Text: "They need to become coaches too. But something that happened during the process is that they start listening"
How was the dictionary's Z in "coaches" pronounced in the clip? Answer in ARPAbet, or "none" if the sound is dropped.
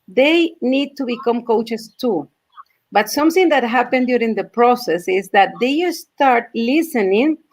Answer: S